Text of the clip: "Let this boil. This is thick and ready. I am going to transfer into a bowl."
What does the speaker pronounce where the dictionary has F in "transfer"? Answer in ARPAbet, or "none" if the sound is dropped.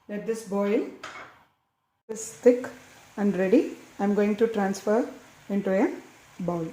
F